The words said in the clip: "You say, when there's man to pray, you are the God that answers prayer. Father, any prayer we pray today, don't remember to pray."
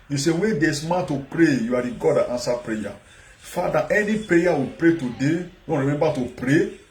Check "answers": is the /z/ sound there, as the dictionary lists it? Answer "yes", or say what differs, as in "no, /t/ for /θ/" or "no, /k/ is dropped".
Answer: no, /z/ is dropped